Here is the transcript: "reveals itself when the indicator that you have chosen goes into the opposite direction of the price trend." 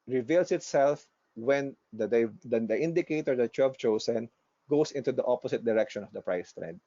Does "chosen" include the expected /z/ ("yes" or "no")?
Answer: no